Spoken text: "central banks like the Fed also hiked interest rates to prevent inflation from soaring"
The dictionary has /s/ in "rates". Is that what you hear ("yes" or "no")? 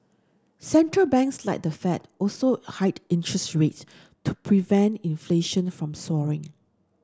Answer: yes